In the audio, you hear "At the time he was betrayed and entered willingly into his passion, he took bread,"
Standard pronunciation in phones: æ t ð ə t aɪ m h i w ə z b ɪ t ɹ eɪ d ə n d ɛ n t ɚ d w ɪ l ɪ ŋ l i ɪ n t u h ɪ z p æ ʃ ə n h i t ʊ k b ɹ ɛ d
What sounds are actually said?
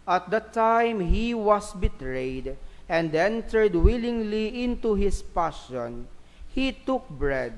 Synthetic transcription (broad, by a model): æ t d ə t aɪ m h i w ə s b ɪ t ɹ eɪ d ə n d ɛ n t ɚ d w ɪ l ɪ ŋ l i ɪ n t u h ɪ s p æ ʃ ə n h i t ʊ k b ɹ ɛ d